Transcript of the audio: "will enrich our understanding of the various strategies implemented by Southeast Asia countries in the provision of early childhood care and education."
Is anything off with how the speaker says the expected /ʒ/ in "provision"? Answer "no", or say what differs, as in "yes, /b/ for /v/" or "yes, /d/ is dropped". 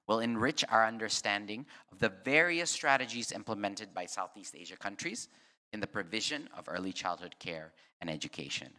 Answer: no